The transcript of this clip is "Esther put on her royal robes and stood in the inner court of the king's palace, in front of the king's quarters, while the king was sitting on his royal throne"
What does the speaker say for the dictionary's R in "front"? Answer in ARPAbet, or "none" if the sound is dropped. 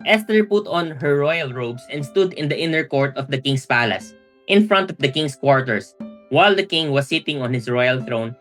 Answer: R